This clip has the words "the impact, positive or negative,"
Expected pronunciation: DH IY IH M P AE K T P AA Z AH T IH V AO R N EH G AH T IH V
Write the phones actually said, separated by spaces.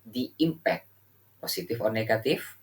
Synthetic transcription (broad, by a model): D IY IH M P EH K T P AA S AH T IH F AO R N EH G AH T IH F